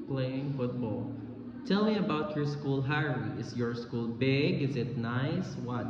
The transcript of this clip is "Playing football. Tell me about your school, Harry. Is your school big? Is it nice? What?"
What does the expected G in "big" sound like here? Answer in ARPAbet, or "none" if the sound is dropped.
G